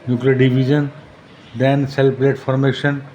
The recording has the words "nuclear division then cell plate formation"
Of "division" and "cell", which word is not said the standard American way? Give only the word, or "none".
division